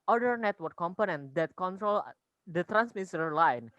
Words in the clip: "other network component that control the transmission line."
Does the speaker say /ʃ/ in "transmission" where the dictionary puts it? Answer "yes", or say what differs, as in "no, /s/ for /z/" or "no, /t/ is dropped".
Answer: no, /s/ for /ʃ/